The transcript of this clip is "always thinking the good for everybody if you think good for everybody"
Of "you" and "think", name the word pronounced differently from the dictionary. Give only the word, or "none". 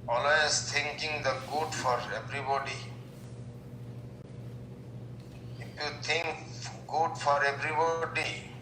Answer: think